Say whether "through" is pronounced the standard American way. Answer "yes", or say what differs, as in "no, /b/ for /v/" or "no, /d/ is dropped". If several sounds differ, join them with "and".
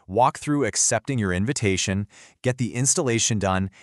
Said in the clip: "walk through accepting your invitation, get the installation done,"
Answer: yes